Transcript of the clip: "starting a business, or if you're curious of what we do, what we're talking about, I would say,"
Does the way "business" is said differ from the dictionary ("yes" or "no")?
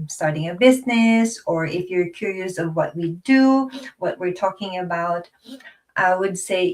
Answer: no